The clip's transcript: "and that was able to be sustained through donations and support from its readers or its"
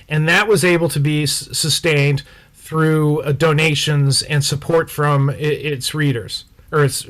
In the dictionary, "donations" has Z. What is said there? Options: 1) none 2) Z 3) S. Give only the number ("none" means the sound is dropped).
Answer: 2